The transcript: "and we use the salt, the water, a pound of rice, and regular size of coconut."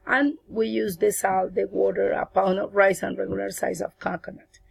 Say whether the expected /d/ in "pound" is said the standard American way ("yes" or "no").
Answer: no